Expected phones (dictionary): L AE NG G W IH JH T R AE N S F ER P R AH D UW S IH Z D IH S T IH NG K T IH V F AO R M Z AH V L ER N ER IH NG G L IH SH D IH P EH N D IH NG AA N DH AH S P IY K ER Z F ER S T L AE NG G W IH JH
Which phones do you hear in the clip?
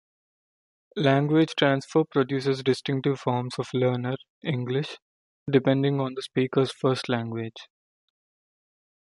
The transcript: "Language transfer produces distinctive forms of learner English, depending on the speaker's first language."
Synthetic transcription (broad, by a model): L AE NG G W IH JH T R AE N S F ER P R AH D UW S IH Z D IH S T IH NG K T IH V F AO R M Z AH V L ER N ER IH NG G L IH SH D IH P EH N D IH NG AA N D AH S P IY K ER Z F ER S T L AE NG G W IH JH